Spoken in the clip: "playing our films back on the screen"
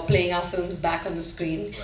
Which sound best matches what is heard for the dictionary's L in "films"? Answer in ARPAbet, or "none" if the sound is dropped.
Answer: L